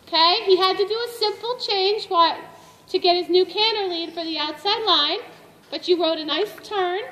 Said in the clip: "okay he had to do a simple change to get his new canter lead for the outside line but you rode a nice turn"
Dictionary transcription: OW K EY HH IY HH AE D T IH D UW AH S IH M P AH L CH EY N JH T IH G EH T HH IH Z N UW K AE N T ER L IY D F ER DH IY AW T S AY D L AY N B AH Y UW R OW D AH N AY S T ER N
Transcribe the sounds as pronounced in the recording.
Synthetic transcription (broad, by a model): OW K EY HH IY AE D T IH D AH S IH M P L CH EY N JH T IH G EH T HH IH Z N UW K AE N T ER L IY D F ER DH IY AW T S AY D L AY N B AH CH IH R OW D AH N AY S T ER N